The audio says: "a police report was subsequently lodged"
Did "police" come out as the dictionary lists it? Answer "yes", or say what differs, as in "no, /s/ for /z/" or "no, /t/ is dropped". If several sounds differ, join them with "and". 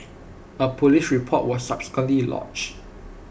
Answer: no, /ʃ/ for /s/